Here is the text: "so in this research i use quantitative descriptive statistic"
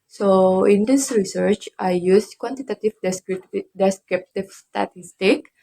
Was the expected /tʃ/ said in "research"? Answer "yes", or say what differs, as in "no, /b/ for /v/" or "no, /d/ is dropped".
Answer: yes